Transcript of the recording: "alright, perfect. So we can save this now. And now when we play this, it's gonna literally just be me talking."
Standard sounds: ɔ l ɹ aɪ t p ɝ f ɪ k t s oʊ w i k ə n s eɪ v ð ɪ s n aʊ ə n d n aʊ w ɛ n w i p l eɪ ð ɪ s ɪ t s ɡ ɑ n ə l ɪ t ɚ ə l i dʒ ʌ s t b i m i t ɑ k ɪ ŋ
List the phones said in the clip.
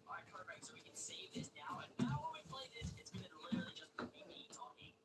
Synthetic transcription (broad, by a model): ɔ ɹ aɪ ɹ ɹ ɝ ɪ t s oʊ w i k ə n s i ð ɪ s n aʊ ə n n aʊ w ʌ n w i p l eɪ ð ɪ s ɪ t s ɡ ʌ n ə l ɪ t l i dʒ ʌ s t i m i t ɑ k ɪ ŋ